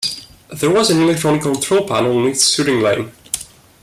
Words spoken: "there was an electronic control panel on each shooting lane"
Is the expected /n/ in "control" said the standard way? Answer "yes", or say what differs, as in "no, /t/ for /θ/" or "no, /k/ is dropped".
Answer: no, /l/ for /n/